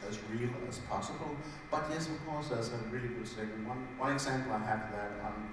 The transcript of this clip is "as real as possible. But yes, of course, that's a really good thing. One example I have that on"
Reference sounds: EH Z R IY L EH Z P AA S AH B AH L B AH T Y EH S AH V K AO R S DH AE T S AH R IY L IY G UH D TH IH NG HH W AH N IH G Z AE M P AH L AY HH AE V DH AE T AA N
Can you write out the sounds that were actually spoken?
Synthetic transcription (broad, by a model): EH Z R IY L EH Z P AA S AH B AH L B AH T Y EH S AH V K AO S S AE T AH R IY L IY G UH D S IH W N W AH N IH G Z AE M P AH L AY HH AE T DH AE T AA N